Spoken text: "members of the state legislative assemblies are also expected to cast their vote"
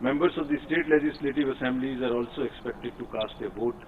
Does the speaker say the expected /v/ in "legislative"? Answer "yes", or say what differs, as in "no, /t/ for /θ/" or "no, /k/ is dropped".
yes